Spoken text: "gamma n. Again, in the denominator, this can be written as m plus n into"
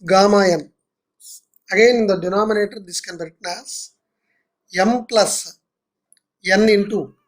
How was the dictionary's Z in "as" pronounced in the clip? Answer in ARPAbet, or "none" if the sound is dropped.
S